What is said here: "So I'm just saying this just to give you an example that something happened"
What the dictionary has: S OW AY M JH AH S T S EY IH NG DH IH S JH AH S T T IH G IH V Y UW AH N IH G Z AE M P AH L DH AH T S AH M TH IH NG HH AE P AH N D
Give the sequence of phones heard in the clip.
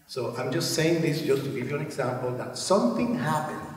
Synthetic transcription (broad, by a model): S OW AY M JH AH S T S EY IH NG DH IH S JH AH S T T IH G IH V Y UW AH N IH G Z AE M P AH L DH AH T S AH M TH IH NG HH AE P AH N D